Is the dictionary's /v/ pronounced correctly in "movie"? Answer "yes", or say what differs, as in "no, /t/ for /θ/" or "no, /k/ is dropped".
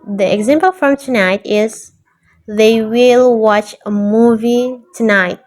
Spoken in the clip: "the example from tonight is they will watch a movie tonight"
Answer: yes